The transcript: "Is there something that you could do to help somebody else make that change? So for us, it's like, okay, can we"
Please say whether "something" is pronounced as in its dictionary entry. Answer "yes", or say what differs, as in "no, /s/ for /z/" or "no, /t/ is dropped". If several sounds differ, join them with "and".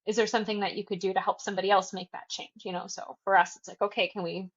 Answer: yes